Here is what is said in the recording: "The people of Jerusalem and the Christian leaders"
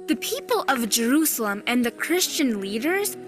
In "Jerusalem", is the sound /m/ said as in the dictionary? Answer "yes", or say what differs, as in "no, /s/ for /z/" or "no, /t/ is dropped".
yes